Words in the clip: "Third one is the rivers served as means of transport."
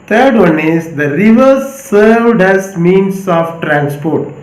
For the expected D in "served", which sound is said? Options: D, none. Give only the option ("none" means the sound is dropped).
D